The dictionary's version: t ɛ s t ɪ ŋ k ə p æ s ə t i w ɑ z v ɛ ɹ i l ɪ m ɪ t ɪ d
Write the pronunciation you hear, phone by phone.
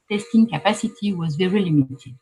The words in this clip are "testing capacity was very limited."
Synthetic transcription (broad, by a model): t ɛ s t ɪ ŋ k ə p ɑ s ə t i w ɑ z v ɛ ɹ i l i m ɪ t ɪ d